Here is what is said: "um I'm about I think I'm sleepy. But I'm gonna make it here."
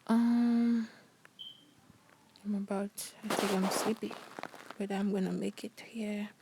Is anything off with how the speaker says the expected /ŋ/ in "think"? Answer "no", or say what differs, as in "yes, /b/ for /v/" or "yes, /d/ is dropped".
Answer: yes, /ŋ/ is dropped